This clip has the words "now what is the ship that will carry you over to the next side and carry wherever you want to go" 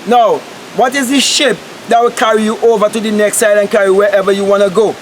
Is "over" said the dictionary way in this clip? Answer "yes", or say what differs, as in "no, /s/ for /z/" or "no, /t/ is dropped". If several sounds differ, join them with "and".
yes